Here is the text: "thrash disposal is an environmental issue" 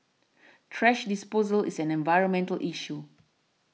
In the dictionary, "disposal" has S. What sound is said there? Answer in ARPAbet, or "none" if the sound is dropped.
S